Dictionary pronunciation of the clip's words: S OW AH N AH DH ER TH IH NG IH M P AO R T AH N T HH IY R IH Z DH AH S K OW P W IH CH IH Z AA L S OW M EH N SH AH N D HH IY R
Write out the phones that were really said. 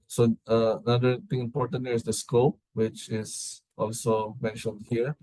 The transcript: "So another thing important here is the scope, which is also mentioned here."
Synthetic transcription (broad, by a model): S OW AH N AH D ER T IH NG IH M P AO R T AH N T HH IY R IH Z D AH S K OW P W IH CH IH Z AA L S OW M EH N SH AH N D HH IY R